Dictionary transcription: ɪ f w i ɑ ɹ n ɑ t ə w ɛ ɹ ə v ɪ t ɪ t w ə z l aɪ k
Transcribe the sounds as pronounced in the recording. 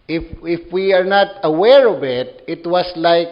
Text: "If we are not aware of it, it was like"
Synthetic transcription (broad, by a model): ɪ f w i ɑ ɹ n ɑ t ə w ɛ ɹ ə v ɪ t ɪ t w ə s l aɪ k